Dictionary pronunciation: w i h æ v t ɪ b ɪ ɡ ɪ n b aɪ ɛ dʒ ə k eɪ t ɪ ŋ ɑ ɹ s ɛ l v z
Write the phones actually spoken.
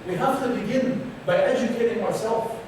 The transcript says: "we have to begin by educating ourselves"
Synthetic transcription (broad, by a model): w i h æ f t ɪ b ɪ ɡ ɪ n b aɪ ɛ dʒ ə k eɪ t ɪ ŋ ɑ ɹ s ɛ l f